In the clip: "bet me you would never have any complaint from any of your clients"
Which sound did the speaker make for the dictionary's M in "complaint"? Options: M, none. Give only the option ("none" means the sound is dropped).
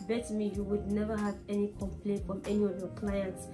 M